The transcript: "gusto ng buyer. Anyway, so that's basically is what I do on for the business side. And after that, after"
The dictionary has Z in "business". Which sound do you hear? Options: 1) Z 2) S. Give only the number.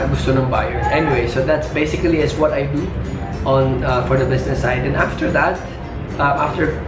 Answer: 2